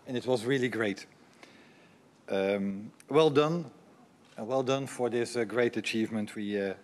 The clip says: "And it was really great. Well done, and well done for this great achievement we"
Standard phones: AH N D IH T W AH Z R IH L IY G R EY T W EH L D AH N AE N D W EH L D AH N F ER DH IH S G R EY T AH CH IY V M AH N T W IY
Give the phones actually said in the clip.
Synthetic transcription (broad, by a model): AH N IH T W AH Z R IH L IY G R EY T W EH L D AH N N W EH L D AH N F ER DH IH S G R EY T AH CH IY V M AH N T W IY